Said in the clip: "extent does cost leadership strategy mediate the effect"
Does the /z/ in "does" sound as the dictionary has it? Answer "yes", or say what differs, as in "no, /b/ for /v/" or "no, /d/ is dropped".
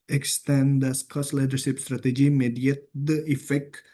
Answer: no, /s/ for /z/